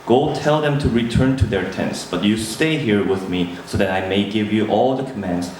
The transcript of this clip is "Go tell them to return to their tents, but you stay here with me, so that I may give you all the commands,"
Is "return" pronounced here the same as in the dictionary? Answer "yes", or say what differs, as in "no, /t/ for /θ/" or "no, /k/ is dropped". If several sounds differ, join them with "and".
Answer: yes